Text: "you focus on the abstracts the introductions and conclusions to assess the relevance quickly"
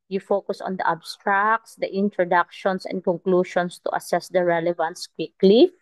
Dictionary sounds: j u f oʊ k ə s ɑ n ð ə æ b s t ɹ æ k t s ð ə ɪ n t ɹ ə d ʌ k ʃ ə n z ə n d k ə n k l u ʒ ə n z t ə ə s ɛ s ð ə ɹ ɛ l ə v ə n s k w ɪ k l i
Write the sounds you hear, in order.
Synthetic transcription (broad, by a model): j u f oʊ k ə s ɑ n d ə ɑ b s t ɹ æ k t s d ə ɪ n t ɹ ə d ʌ k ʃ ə n s ə n d k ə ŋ k l u ʃ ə n s t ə ə s ɛ s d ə ɹ ɛ l ə v ə n s k w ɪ k l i